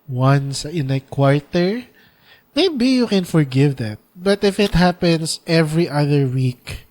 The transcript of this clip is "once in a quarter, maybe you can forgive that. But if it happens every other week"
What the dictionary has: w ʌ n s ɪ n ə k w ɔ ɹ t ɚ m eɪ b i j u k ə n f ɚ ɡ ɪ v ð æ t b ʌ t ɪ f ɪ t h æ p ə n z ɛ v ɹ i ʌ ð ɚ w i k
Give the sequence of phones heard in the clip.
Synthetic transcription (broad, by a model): w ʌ n s ɪ n ə k w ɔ ɹ t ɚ m eɪ b i j u k ə n f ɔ ɡ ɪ v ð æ t b ʌ t ɪ f ɪ t h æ p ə n s ɛ v ɹ i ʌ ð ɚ w i k